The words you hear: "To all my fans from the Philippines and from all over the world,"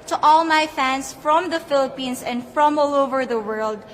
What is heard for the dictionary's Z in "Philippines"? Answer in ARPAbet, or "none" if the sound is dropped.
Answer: S